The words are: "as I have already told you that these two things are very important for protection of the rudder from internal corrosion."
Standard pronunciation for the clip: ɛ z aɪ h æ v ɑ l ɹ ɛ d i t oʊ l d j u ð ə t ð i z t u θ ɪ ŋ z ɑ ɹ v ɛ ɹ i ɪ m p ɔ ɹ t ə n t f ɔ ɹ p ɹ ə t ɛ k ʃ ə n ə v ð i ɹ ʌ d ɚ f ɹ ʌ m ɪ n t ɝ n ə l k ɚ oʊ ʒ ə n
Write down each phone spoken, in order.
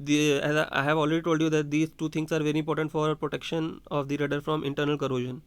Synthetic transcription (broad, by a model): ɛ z aɪ h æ v ɑ l ɹ ɛ d i t oʊ l d j u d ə t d i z t u t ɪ ŋ s ɑ ɹ v ɛ ɹ i ɪ m p ɔ ɹ t ə n t f ɔ ɹ p ɹ ə t ɛ k ʃ ə n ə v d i ɹ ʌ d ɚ f ɹ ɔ m ɪ n t ɝ n ə l k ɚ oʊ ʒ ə n